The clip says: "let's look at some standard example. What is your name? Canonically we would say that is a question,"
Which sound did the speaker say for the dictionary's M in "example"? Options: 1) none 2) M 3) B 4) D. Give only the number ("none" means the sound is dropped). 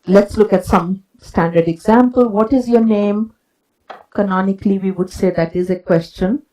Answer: 2